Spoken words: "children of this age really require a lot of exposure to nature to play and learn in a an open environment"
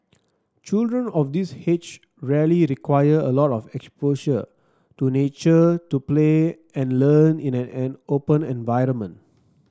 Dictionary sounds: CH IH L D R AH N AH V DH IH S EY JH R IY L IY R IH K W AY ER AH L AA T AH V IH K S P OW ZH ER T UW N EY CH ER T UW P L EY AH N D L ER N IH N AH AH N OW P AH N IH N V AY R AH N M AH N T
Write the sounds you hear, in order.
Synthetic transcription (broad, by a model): CH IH L D R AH N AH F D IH S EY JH R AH L IY R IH K W AY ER AH L AA T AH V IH K S P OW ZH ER T UW N EY CH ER T UW P L EY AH N L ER N IH N AH AH N OW P AH N IH N V AY R AH N M AH N T